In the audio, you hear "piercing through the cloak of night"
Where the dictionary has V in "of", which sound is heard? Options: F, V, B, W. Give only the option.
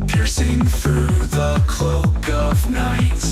V